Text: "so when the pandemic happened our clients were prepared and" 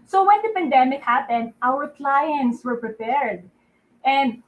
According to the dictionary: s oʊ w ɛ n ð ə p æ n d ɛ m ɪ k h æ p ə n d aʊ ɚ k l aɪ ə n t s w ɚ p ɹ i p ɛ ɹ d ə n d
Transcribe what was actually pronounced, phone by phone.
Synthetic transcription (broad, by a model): s oʊ w ɛ n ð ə p æ n d ɛ m ɪ k h æ p ə n d aʊ ɚ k l aɪ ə n t s w ɚ p ɹ i p ɛ ɹ d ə n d